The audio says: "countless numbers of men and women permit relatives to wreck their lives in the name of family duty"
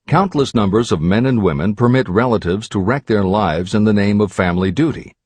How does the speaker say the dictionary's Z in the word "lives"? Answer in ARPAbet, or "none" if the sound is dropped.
Z